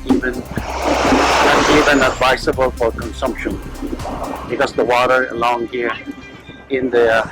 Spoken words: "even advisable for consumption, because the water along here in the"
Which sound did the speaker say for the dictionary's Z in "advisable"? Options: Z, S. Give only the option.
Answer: S